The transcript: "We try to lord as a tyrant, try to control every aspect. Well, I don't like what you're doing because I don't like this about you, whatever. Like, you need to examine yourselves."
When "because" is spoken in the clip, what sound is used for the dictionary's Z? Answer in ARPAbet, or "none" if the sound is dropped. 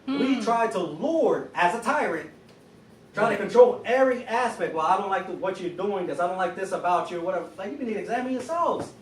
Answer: none